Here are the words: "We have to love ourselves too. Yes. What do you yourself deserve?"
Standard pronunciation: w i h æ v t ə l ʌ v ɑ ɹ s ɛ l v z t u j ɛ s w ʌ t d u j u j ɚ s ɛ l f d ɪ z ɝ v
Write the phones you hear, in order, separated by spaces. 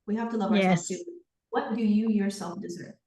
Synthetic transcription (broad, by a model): w i h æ f t ə l ʌ v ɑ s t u w ʌ t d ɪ j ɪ j ɚ s ɛ l f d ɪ z ɝ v